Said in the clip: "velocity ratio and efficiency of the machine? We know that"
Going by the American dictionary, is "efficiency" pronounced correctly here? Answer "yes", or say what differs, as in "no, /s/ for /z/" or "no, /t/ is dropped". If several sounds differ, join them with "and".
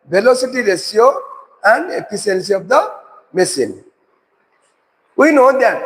no, /p/ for /f/ and /s/ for /ʃ/